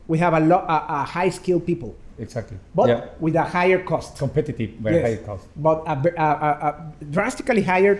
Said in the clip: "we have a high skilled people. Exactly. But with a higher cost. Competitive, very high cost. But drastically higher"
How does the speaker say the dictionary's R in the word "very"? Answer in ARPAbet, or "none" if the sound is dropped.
none